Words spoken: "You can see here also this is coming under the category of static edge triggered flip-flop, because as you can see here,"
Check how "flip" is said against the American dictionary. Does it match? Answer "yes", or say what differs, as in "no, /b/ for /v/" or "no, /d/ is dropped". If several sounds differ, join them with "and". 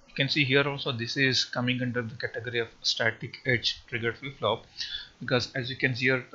no, /l/ is dropped